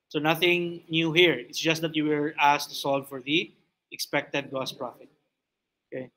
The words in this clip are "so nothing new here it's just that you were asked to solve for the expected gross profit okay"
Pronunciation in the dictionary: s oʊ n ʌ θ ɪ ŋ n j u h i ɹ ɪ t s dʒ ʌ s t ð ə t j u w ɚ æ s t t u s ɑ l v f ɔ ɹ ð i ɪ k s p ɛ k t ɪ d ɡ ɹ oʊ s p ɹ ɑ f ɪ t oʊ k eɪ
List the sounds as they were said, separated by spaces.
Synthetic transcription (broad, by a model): s oʊ n ʌ θ ɪ ŋ n j u h i ɹ ɪ t s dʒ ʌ s t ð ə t j u w ɚ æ s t t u s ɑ l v f ɔ ɹ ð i ɪ k s p ɛ k t ɪ d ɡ oʊ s p ɹ ɑ f ɪ t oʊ k eɪ